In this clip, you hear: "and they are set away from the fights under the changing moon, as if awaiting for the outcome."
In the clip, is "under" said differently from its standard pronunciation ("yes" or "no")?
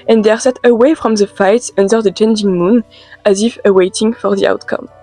no